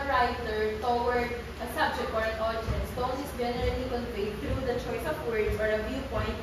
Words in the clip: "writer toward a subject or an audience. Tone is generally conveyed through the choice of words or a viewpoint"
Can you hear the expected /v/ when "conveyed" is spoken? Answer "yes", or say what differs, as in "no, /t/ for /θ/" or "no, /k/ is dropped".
no, /w/ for /v/